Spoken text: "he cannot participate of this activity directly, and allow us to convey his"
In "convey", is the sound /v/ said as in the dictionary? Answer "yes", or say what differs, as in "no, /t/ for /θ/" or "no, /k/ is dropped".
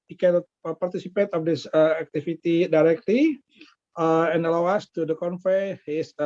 no, /f/ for /v/